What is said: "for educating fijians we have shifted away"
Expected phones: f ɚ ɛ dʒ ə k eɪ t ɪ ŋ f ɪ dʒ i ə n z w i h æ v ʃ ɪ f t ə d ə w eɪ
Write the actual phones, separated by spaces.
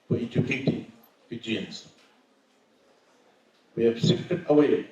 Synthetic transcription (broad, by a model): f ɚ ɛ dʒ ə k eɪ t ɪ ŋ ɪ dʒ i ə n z w i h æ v s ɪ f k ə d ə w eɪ